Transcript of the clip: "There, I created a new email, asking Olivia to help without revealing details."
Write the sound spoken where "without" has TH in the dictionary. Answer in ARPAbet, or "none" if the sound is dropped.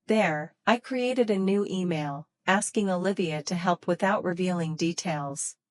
TH